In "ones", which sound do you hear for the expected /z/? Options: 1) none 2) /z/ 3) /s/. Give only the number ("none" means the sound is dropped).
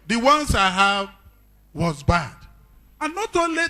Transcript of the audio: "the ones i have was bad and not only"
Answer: 3